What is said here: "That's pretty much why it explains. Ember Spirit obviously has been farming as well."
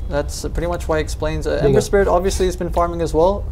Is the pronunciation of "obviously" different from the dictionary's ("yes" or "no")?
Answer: no